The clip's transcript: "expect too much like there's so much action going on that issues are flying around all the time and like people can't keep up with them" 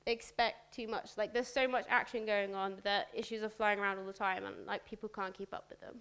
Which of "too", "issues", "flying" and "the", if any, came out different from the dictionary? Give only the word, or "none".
none